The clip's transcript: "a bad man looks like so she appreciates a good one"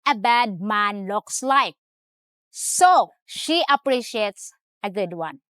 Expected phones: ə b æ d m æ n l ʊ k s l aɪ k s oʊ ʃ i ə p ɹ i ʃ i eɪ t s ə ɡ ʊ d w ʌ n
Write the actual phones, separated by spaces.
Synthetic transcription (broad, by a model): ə b æ d m æ n l ʊ k s l aɪ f s oʊ ʃ i ə p ɹ i ʃ i eɪ t s ə ɡ ʊ d w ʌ n